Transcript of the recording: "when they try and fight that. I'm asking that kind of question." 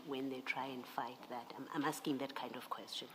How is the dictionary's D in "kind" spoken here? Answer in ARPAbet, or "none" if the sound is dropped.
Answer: D